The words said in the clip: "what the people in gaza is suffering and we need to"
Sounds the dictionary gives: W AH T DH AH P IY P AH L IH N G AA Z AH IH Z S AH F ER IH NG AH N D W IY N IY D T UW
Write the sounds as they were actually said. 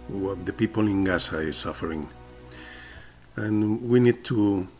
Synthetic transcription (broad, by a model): W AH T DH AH P IY P AH L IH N G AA S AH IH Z S AH F ER IH NG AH N W IY N IY D T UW